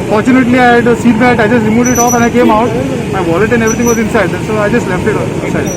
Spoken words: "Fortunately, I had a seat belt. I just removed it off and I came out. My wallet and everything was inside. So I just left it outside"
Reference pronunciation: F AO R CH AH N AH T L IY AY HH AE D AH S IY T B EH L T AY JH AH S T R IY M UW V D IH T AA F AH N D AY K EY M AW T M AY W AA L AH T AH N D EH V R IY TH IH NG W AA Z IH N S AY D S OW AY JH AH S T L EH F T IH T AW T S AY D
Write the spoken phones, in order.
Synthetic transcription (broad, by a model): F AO R CH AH N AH T L IY AY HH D S IY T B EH T AY JH AH S T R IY M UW D IH T AA F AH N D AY K EY M AW T M AY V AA L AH T AH N D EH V R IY T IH NG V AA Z IH N S AY D S OW AY JH AH S T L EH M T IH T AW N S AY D